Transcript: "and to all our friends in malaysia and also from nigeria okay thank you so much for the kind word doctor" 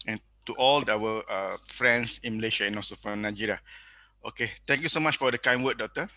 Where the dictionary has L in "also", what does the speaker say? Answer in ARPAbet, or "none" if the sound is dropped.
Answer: none